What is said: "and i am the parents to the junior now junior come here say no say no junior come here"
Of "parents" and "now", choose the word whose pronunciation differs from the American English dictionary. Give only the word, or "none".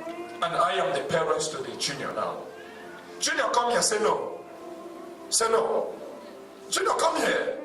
none